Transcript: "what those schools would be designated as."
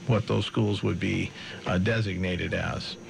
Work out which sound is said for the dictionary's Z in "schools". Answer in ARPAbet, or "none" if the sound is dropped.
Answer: Z